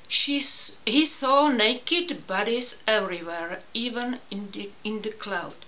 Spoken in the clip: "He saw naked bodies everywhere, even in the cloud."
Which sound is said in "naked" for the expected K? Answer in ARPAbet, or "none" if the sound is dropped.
K